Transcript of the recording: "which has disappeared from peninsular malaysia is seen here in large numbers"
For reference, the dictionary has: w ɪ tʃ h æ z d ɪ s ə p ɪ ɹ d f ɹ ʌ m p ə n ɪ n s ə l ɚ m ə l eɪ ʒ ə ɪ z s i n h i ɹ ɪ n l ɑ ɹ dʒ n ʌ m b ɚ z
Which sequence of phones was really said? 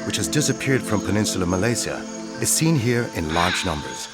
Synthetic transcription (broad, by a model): w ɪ tʃ h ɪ z d ɪ s ə p ɪ ɹ d f ɹ ʌ m p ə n ɪ n s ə l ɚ m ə l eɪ z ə ɪ z s i n h i ɹ ɪ n l ɑ ɹ dʒ n ʌ m b ɚ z